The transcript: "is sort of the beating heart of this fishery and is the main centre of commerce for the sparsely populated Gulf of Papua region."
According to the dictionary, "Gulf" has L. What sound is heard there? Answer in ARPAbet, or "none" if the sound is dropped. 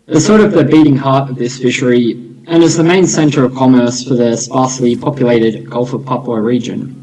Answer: L